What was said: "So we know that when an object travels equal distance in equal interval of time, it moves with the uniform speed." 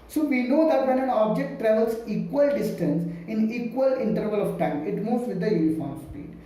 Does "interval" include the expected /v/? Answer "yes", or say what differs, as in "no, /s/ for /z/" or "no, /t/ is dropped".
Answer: yes